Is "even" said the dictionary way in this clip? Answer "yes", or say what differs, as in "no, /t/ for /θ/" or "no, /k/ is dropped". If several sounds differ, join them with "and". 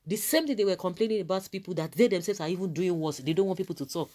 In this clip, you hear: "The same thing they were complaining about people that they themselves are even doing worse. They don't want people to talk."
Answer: yes